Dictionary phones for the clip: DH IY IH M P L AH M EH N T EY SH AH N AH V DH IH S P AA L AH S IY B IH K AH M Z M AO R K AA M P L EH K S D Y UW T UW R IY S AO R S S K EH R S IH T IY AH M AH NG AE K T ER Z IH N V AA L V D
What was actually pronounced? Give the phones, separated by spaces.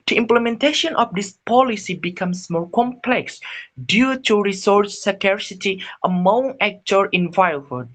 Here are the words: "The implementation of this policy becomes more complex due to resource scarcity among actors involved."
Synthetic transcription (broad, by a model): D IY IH M P L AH M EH N T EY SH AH N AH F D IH S P AA L AH S IY B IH K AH M S M AO R K AA M P L EH K S D Y UW T UW R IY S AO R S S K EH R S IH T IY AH M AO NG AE K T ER IH N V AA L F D